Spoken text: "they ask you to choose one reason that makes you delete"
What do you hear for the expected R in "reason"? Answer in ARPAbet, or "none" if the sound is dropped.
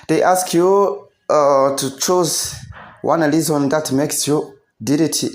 L